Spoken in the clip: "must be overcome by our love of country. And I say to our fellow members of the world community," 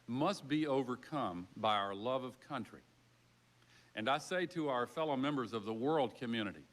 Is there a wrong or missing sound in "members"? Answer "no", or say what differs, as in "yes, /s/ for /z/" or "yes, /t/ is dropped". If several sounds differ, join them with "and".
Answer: no